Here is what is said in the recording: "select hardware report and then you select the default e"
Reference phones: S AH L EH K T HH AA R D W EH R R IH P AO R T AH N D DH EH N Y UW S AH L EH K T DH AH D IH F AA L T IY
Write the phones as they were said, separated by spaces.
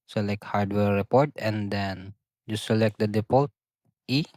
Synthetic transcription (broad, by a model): S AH L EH K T HH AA R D W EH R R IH P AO R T AH N D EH N Y UW S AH L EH K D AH D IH P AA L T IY